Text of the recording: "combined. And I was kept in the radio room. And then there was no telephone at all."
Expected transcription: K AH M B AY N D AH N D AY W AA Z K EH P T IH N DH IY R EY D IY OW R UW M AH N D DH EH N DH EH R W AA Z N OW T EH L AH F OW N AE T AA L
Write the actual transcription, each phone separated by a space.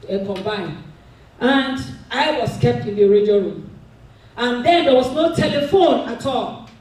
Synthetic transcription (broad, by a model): K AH M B AY N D AH N D AY W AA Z K EH P T IH N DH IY R EY D IY OW R UW M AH N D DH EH N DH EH W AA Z N OW T EH L AH F OW N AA T AA L